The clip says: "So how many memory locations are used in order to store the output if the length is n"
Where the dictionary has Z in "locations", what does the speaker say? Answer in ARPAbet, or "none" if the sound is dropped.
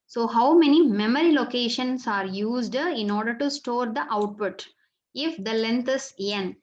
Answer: S